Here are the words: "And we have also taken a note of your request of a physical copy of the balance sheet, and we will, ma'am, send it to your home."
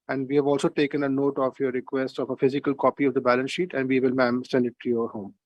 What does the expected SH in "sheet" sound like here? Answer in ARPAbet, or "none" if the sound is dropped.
SH